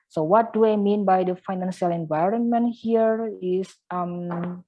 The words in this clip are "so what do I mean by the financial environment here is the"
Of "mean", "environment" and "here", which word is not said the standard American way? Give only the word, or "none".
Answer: none